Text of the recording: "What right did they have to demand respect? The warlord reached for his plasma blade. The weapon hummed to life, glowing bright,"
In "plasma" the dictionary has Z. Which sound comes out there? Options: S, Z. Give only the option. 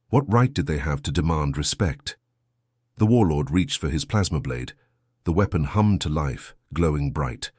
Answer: Z